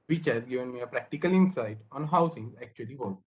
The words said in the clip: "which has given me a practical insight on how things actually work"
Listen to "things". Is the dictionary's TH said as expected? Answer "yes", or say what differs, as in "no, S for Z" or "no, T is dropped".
no, S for TH